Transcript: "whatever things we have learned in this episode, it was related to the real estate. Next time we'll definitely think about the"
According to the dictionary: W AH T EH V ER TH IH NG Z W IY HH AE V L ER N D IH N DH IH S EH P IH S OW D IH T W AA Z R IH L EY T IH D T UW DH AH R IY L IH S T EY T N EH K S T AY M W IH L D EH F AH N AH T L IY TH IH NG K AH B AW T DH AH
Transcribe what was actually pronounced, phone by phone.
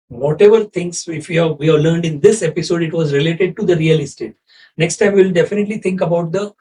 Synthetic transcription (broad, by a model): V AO T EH V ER T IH NG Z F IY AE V L ER N D IH N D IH S EH P IH S OW D IH T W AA Z R IH L EY T IH D T UW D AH R IY L IH S T EY T N EH K S T AY M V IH L D EH F AH N AH T L IY T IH NG K AH B AW T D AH